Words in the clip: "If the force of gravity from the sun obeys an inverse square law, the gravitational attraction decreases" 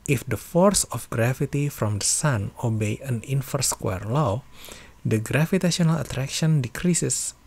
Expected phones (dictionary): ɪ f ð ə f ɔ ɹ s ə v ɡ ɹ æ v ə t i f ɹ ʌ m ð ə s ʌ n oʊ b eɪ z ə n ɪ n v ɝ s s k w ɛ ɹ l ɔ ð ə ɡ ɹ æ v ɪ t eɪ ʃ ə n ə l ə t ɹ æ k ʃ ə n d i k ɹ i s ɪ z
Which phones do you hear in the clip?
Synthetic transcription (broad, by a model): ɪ f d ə f ɔ ɹ s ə f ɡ ɹ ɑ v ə t i f ɹ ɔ m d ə s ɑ n oʊ b eɪ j ə n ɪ n f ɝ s s k w ɛ ɹ l ɔ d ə ɡ ɹ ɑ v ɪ t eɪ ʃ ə n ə l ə t ɹ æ k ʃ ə n d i k ɹ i s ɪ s